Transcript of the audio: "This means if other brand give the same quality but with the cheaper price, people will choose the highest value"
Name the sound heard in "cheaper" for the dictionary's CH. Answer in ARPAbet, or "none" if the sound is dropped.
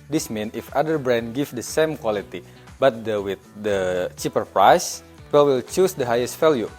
CH